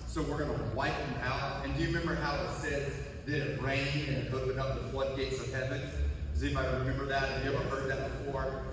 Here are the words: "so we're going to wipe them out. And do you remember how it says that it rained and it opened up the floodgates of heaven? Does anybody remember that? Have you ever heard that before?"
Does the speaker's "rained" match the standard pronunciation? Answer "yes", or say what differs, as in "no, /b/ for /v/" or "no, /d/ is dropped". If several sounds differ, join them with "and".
no, /d/ is dropped